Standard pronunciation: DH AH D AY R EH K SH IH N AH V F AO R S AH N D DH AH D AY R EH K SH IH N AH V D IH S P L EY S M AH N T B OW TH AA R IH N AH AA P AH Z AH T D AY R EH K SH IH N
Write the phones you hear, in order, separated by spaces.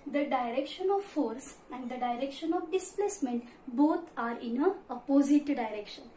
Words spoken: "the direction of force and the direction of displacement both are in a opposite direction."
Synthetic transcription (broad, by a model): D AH D AY R EH K SH IH N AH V F AO R S AH N D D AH D AY R EH K SH IH N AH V D IH S P L EY S M AH N T B OW T AA R IH N AH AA P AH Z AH T D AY R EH K SH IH N